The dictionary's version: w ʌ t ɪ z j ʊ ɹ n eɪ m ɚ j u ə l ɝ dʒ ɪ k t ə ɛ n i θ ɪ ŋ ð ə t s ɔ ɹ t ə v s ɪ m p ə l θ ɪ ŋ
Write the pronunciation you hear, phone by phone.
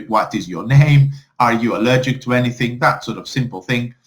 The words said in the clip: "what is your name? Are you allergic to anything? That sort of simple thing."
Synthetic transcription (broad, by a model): w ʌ t ɪ z j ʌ ɹ n eɪ m ɚ j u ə l ɝ dʒ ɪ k t ə ɛ n i θ ɪ ŋ ð ə t s ɔ ɹ t ə v s ɪ m p ə l θ ɪ ŋ